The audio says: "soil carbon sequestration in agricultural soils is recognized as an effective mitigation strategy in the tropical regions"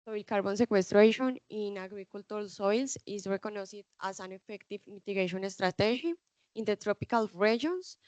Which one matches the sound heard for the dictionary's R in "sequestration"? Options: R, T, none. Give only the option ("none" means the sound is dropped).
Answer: R